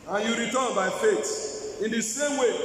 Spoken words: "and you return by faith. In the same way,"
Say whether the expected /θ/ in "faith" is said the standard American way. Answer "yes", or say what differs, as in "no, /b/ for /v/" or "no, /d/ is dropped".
no, /t/ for /θ/